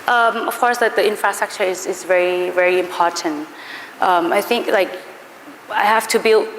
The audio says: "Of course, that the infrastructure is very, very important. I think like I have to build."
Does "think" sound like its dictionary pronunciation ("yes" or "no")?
yes